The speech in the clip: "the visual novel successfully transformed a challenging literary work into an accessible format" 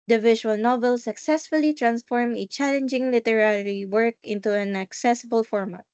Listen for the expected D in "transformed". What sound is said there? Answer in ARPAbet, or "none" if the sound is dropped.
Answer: none